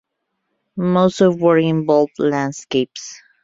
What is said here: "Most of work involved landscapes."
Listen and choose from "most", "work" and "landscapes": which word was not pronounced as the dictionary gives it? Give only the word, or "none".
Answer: work